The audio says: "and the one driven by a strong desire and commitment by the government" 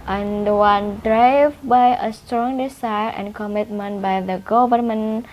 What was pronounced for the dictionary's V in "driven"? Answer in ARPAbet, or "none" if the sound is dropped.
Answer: none